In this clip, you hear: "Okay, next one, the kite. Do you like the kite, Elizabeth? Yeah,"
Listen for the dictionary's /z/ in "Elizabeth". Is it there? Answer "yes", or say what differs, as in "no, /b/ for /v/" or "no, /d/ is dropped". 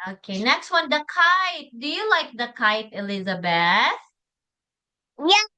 yes